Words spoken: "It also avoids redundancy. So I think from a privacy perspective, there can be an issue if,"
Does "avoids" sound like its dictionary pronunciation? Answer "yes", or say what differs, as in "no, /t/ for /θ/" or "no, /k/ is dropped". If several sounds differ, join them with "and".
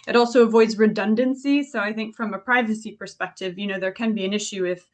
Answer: yes